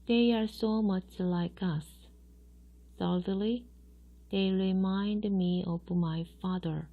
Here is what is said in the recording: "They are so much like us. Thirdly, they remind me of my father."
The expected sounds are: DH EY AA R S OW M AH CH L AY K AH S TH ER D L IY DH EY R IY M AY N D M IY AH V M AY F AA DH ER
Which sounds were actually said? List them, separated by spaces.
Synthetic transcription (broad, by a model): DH EY AA R S OW M AH CH L AY K AH S S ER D L IY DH EY R IY M AY N D M IY AH V M AY F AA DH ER